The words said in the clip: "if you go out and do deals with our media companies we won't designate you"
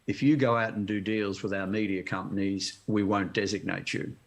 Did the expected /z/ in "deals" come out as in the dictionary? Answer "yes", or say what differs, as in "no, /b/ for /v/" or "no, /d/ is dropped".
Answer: yes